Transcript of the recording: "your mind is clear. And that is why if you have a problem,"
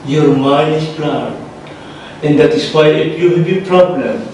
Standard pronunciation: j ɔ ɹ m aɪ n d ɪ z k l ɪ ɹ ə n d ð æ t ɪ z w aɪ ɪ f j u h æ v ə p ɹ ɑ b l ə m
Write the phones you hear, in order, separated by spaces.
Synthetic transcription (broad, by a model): j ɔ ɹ m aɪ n ɪ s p l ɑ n ə n d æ t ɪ s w aɪ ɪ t j u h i b ə p ɹ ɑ b l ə m